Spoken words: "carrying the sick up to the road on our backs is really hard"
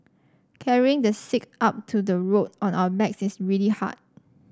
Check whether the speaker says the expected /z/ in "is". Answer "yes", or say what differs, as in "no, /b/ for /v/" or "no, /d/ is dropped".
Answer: no, /s/ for /z/